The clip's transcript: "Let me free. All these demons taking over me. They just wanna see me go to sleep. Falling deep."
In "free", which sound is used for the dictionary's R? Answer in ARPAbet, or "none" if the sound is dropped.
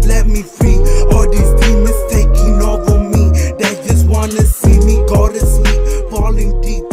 R